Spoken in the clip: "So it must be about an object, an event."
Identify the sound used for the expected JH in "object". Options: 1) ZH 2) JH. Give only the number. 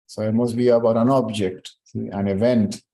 2